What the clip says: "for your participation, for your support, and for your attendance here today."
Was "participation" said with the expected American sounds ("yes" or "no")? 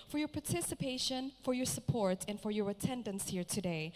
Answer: yes